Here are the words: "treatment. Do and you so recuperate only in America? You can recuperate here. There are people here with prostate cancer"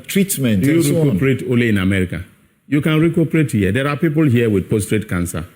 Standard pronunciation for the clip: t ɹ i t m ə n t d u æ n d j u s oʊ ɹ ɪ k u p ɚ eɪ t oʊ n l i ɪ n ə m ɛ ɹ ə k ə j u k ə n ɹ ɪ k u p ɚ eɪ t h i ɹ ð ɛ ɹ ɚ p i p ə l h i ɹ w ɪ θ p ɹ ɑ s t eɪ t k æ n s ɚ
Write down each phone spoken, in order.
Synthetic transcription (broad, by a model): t ɹ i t m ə n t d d j u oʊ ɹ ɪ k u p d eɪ t oʊ n l i ɪ n ə m ɛ ɹ ə k ə j u k ə n ɹ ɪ k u p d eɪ t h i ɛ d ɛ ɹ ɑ p i p ə l h i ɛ w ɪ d p ɑ s t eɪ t k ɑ n s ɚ